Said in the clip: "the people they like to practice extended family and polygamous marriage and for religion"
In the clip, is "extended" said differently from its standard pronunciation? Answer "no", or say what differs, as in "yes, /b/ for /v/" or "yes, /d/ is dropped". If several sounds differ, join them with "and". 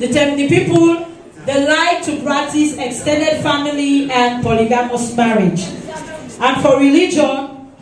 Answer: no